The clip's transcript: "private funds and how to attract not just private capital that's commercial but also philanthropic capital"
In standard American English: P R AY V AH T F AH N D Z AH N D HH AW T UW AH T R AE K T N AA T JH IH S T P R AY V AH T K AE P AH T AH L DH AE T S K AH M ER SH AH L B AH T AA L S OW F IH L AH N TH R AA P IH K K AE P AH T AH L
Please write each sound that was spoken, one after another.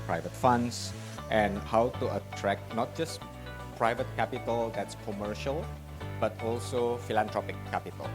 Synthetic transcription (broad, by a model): P R AY V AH T F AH N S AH N HH AW T UW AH T R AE K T N AA T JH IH S P R AY V AH T K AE P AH T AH L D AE T S K AH M ER SH AH L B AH T AA L S OW F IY L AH N T R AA P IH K K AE P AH T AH L